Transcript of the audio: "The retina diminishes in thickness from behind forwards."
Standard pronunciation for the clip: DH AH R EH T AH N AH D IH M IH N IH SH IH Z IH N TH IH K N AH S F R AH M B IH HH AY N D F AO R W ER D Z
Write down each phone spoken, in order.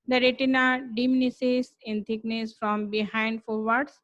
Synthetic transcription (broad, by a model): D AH R EH T AH N AH D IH M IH N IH S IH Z IH N T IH K N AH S F R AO M B IH HH AY N D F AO R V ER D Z